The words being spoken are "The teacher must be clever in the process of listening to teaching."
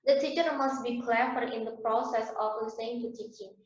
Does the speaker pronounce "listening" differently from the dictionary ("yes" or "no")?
yes